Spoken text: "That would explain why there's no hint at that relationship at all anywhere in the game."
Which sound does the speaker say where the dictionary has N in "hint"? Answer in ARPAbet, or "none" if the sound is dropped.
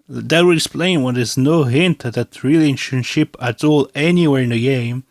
N